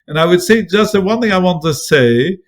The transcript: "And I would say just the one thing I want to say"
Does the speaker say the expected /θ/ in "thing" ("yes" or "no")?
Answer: yes